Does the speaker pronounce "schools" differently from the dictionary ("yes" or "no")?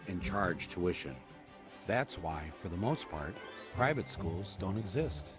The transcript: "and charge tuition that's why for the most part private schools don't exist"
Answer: no